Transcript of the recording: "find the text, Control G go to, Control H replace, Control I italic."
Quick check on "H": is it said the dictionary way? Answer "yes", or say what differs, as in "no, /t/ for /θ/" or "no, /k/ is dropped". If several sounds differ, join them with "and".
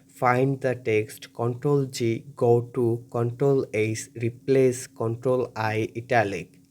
no, /s/ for /tʃ/